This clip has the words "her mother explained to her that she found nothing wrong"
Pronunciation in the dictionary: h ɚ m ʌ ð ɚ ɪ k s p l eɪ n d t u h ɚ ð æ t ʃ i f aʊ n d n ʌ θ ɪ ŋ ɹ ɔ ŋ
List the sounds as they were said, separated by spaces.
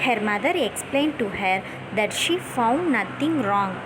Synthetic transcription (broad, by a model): h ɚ m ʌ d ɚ ɪ k s p l eɪ n d t u h ɚ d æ t ʃ i f aʊ n d n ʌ t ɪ ŋ ɹ ɔ ŋ